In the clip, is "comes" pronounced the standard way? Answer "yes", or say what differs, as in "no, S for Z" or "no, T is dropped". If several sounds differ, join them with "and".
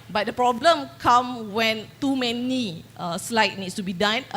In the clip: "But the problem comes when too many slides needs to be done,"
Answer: no, Z is dropped